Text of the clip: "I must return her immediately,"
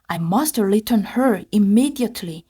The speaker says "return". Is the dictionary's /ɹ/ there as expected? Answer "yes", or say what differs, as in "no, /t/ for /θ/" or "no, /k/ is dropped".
no, /l/ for /ɹ/